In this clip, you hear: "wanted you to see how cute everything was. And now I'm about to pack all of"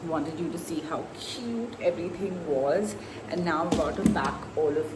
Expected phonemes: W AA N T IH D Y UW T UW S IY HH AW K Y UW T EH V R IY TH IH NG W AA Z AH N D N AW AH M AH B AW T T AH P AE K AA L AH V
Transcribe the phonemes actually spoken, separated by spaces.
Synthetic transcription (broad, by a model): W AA N T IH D Y UW T UW S IY HH AW K Y UW T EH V R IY T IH NG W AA Z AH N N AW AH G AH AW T T AH B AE K AA L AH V